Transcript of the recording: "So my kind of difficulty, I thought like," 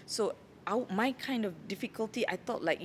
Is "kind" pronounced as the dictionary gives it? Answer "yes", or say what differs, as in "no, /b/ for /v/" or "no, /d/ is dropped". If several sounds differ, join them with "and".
yes